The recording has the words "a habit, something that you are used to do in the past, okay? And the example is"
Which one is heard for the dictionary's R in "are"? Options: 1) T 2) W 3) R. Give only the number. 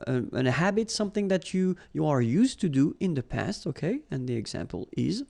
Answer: 3